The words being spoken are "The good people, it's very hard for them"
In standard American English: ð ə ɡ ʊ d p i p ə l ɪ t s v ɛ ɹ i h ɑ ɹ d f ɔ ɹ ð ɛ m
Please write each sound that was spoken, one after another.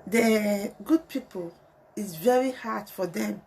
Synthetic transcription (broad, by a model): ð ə ɡ ʊ d p i p ə l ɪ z v ɛ ɹ i h ɑ ɹ d f ɔ ɹ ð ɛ m